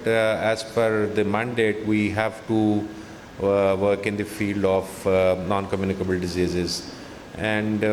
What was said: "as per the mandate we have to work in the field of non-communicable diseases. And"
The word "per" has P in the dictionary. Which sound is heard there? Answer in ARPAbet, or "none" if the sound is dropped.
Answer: F